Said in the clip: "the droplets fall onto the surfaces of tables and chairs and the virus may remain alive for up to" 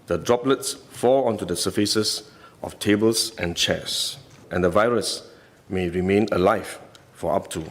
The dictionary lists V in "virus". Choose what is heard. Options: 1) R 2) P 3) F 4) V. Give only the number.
4